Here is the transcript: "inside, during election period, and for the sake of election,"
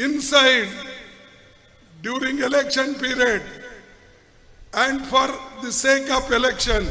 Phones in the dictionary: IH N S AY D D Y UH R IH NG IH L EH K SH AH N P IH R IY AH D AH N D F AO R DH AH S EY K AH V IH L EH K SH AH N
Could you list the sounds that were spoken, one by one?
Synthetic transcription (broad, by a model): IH N S AY D D Y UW R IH NG IH L EH K SH AH N P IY R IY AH D AH N D F AO R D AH S EY K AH P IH L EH K SH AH N